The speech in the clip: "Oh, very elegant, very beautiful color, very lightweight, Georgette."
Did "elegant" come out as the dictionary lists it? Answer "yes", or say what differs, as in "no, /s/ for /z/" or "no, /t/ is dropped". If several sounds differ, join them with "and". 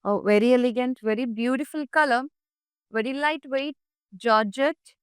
yes